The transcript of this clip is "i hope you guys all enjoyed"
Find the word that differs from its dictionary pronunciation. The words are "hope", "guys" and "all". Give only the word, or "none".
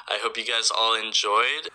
none